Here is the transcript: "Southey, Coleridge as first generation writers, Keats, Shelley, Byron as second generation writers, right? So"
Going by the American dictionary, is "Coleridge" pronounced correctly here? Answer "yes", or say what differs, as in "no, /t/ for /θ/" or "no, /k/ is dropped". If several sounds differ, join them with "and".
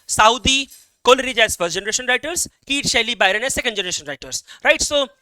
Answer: yes